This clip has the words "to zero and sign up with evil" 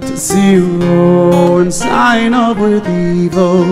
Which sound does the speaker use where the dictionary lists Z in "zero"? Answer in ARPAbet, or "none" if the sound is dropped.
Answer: S